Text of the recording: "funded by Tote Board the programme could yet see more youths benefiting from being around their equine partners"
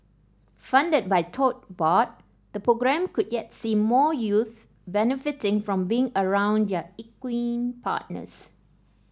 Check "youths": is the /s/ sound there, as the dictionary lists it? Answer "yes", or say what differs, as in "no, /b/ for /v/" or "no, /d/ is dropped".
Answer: no, /s/ is dropped